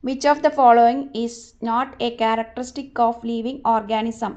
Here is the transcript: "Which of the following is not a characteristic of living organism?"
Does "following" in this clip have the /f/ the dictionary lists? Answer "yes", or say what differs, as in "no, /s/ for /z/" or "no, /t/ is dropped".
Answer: yes